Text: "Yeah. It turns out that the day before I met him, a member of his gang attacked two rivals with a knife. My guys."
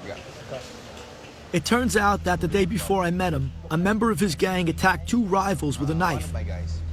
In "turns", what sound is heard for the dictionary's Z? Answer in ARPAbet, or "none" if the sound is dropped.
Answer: Z